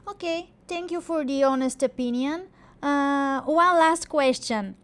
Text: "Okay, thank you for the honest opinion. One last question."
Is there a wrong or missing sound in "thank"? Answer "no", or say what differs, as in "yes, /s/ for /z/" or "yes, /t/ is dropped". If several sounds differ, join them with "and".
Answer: yes, /t/ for /θ/